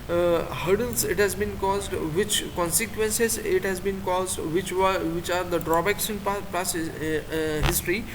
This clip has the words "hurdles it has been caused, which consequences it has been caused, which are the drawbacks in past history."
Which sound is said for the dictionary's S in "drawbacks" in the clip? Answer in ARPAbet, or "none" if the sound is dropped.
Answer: SH